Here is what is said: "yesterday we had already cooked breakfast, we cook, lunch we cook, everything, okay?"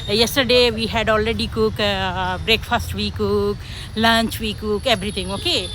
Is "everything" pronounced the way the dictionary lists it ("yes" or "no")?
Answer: no